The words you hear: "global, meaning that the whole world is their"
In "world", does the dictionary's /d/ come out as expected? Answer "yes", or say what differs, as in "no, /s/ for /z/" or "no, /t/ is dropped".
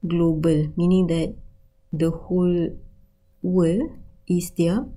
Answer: no, /d/ is dropped